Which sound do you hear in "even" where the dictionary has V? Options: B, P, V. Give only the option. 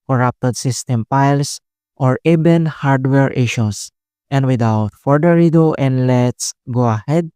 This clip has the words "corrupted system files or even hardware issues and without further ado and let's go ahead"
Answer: B